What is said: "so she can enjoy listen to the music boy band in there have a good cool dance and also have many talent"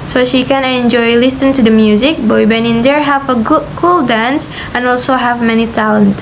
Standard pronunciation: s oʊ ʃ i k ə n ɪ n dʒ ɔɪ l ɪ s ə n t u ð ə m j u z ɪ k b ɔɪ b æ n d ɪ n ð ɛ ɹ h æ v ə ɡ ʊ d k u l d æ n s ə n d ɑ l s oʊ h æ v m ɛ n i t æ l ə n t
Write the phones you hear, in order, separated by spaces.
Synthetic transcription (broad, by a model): s oʊ ʃ i k ə n ɪ n dʒ ɔɪ l ɪ s ə n t u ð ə m j u z ɪ k b ɔɪ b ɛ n ɪ n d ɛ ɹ h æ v ə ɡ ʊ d k u l d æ n s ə n ɑ l s oʊ h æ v m ɛ n i t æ l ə n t